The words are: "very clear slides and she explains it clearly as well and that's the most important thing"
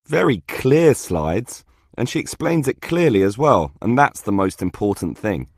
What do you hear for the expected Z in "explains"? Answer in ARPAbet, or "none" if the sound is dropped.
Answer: Z